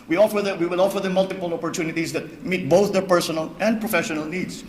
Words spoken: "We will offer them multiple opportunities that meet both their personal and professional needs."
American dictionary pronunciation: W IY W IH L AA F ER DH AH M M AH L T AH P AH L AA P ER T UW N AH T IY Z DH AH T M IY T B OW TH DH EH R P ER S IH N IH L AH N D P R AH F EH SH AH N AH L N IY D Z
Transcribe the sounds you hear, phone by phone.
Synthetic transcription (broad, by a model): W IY W IH L AA F ER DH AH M M AH L T AH P AH L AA P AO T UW N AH T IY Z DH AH T M IY T B OW TH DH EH R P ER S IH N IH L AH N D P R AH F EH SH AH N AH L N IY D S